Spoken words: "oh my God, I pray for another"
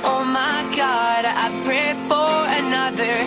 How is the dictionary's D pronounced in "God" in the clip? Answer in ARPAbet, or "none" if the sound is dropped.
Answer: D